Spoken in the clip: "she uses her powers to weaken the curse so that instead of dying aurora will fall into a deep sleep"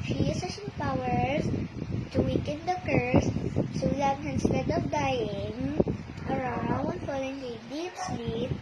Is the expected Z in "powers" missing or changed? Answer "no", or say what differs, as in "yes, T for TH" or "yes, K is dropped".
yes, S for Z